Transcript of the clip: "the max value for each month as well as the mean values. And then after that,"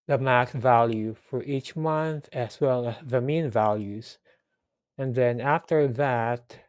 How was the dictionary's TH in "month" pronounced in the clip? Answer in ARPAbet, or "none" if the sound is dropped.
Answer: TH